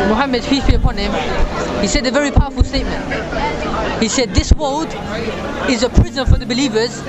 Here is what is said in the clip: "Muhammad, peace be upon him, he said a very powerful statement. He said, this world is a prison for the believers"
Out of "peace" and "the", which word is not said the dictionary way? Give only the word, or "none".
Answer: peace